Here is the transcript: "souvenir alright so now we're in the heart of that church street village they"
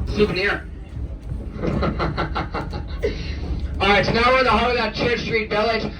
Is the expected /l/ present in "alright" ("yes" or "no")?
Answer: no